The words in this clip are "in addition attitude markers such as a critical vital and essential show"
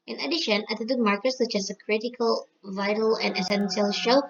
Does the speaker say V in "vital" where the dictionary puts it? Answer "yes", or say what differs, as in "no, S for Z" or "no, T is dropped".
yes